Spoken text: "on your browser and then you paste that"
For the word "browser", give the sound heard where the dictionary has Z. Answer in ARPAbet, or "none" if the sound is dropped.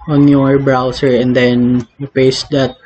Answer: S